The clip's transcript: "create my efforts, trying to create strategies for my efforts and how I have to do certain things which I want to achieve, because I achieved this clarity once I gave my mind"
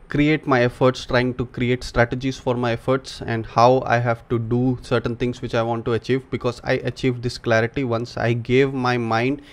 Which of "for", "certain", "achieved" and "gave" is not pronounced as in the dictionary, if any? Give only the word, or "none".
none